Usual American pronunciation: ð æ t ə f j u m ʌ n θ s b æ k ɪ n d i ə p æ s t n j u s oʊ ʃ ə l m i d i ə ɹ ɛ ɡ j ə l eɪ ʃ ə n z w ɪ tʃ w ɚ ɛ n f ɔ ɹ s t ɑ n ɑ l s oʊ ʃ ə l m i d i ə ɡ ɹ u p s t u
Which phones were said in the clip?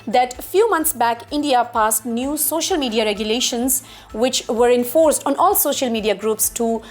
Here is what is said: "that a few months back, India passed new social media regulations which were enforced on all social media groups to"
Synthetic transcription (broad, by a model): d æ t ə f j u m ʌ n t s b æ k ɪ n d i ə p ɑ s t n j u s oʊ ʃ ə l m i d i ə ɹ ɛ ɡ j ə l eɪ ʃ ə n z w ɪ tʃ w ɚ ɛ n f ɔ ɹ s t ɑ n ɑ l s oʊ ʃ ə l m i d i ə ɡ ɹ u p s t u